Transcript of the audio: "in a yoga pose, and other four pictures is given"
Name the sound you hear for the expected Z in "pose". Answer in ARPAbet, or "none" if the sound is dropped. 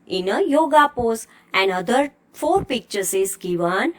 S